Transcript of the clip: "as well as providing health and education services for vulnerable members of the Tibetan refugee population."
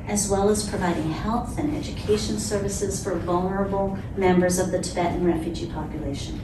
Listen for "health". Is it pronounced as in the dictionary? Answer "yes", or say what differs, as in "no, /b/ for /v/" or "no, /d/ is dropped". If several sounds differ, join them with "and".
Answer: yes